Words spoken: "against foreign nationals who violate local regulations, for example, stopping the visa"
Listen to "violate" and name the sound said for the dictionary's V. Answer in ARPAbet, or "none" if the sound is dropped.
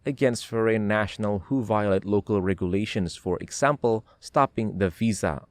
V